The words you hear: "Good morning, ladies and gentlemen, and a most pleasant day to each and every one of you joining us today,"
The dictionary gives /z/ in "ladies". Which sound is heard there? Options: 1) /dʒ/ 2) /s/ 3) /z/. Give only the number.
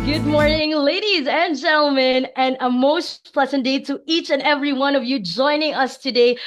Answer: 3